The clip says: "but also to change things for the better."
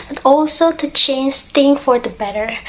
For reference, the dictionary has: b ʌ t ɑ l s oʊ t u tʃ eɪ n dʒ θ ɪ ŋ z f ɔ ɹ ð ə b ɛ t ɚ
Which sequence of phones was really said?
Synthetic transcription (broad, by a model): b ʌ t ɑ l s oʊ t u tʃ eɪ n dʒ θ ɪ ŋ f ɔ ɹ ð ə b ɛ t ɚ